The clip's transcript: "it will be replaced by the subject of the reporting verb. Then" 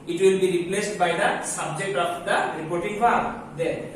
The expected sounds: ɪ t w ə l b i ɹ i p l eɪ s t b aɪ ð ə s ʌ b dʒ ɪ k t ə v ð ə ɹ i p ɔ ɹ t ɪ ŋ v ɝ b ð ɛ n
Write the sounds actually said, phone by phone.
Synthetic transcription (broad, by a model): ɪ t w ə l b i ɹ i p l eɪ s t b aɪ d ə s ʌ b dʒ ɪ k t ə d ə ɹ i p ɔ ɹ t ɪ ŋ f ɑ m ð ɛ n